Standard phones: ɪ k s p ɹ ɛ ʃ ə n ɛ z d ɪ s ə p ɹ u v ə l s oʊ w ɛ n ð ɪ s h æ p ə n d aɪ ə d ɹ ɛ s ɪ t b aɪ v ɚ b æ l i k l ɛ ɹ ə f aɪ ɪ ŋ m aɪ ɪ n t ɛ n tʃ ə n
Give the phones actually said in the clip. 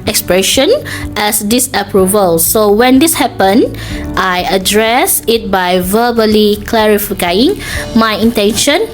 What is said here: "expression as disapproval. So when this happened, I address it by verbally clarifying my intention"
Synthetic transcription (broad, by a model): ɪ k s p ɹ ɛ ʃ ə n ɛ s d ɪ s ə p ɹ u v ə l s oʊ w ɛ n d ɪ s h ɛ p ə n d aɪ ə d ɹ ɛ s ɪ t b aɪ v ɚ b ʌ l i k l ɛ ɹ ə f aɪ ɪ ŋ m aɪ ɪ n t ɛ n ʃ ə n